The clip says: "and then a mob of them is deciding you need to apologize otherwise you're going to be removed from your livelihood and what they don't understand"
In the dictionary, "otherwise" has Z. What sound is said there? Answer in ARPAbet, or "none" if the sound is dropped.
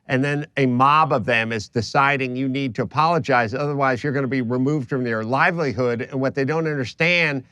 Z